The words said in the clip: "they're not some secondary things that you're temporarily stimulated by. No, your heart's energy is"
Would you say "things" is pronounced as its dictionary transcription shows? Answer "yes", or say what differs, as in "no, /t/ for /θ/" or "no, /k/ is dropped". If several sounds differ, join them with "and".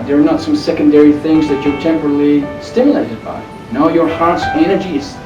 yes